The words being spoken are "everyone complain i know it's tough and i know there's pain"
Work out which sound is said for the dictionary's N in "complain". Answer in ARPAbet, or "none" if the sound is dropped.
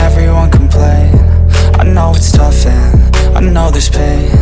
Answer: none